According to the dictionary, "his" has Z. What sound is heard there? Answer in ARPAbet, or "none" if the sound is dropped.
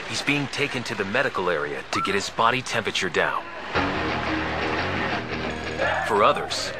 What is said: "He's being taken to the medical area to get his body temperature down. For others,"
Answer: Z